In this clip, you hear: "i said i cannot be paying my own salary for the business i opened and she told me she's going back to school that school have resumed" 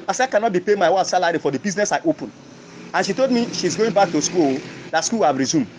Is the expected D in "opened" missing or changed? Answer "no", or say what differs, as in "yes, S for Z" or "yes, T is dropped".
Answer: yes, D is dropped